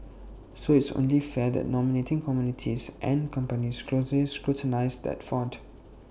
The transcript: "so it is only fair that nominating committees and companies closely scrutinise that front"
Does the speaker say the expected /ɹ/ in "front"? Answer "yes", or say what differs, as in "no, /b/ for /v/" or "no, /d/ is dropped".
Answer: no, /ɹ/ is dropped